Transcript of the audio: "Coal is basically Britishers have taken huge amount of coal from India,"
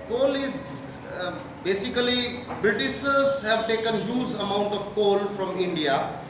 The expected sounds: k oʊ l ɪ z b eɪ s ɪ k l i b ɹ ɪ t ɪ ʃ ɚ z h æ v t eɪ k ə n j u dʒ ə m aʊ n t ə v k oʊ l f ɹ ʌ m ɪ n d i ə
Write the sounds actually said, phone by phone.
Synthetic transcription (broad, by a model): k oʊ l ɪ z b eɪ s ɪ k l i b ɹ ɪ t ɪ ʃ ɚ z h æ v t eɪ k ə n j u z ə m aʊ n t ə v k oʊ l f ɹ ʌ m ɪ n d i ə